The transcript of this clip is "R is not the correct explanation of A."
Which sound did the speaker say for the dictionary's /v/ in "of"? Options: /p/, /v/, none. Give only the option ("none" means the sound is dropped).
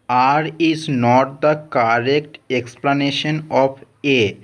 /p/